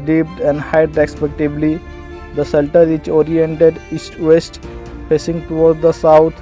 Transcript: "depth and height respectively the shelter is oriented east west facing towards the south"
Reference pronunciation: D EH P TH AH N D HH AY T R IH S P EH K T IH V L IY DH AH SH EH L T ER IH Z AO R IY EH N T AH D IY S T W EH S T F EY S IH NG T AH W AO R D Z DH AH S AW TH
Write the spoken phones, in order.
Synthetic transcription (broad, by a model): D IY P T AH N D HH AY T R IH S P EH K T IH B L IY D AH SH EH L T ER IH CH AO R IY EH N T AH D IY S T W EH S T P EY S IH NG T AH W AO R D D AH S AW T